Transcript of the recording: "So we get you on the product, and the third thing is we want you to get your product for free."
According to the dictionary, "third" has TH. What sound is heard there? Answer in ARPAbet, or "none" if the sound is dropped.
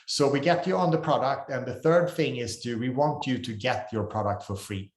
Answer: TH